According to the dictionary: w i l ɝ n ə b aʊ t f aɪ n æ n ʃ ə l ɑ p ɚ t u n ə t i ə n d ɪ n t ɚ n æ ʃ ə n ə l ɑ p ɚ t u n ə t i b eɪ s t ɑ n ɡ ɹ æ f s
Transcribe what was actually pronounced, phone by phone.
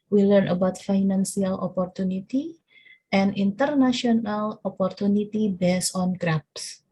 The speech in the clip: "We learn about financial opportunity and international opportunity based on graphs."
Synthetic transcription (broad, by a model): w i l ɝ n ə b aʊ t f aɪ n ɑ n s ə l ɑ p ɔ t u n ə t i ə n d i n t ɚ n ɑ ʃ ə n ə l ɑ p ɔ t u n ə t i b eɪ s ɑ n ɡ ɹ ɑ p s